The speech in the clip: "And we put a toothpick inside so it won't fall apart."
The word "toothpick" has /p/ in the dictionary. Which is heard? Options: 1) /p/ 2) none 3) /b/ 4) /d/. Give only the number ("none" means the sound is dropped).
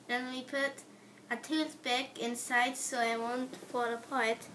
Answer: 3